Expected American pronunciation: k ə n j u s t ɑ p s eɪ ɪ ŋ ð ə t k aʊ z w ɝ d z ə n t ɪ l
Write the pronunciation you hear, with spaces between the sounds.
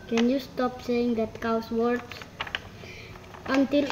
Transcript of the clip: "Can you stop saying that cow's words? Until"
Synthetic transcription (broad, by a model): k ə n j u s t ɑ p s eɪ ɪ ŋ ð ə t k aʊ s w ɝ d s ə n t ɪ l